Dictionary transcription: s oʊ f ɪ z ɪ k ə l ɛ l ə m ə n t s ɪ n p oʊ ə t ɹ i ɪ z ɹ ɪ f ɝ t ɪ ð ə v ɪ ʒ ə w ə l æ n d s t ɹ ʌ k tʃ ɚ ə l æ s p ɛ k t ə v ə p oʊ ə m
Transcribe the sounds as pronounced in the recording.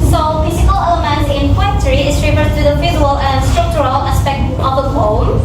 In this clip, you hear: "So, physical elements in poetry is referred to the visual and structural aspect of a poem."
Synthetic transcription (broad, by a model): s oʊ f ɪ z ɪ k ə l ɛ l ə m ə n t ɪ n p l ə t ɹ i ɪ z ɹ ɪ f ɝ t ɪ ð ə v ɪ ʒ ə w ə l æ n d s t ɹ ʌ k tʃ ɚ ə l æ s p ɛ k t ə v ə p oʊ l